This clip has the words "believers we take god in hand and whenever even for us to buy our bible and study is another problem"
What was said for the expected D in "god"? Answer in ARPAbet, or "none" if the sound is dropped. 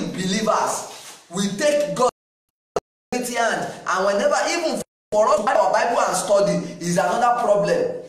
none